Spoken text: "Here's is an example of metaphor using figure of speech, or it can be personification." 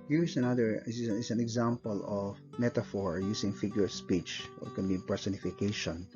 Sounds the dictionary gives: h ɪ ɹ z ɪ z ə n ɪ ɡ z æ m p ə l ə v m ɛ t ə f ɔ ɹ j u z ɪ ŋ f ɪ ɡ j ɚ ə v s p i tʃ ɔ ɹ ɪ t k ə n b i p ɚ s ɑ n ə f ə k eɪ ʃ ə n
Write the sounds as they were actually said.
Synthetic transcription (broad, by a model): h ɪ ɹ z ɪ s ə n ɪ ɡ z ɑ m p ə l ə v m ɛ t ə f ɔ ɹ j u s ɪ ŋ f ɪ ɡ j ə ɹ s p i tʃ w ɪ t k ə n b i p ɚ s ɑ n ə f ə k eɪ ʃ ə n